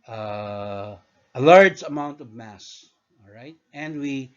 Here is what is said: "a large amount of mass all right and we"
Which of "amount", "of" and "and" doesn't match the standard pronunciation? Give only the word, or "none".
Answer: none